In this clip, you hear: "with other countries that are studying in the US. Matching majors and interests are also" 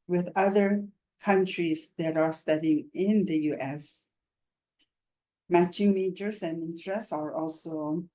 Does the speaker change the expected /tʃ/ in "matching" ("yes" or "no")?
no